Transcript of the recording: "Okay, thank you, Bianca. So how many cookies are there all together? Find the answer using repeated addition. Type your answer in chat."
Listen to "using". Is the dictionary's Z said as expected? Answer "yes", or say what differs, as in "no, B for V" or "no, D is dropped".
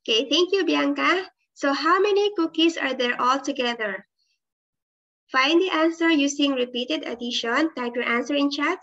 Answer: no, S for Z